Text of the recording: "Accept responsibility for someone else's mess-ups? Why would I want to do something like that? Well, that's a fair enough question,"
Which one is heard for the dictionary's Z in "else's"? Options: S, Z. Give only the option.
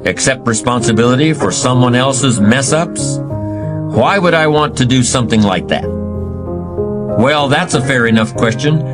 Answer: Z